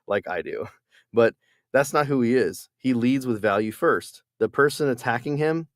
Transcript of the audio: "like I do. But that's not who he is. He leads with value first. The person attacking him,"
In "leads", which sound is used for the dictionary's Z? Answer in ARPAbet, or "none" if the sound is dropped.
Z